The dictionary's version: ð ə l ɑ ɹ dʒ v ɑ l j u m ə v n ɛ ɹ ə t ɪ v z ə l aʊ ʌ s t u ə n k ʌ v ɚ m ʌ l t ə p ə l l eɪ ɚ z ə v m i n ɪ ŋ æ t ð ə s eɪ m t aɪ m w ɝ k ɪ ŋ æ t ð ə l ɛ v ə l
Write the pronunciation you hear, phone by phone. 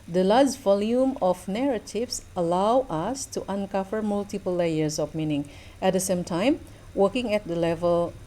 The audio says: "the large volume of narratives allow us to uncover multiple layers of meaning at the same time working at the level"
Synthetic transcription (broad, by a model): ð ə l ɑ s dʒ v ɑ l j u m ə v n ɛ ɹ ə t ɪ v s ə l aʊ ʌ s t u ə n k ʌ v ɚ m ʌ l t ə p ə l l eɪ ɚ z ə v m i n ɪ ŋ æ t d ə s eɪ m t aɪ m w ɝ k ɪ ŋ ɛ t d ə l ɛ v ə l